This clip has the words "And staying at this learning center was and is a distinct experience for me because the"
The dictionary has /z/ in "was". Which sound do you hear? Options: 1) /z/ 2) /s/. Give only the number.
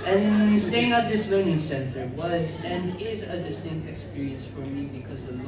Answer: 1